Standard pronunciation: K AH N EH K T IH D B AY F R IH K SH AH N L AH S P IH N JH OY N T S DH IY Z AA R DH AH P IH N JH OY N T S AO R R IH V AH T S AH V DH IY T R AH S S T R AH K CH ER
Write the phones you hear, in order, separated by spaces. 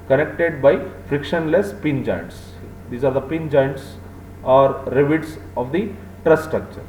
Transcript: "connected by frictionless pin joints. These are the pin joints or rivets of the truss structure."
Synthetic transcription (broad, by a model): K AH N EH K T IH D B AY F R IH K SH AH N L AH S P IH N JH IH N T S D IY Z AA R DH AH P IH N JH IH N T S AO R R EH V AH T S AH V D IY T R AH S S T R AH K CH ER